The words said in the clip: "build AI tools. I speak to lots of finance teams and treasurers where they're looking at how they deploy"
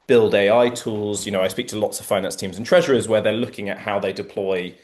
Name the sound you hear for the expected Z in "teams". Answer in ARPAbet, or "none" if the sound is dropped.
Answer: Z